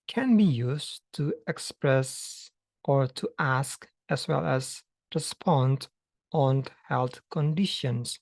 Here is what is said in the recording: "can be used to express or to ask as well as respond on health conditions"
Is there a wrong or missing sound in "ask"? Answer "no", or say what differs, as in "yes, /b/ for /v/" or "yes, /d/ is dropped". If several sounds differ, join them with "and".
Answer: no